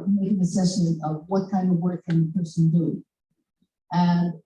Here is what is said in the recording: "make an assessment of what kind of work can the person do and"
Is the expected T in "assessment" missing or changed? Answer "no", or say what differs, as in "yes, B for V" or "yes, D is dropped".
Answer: yes, T is dropped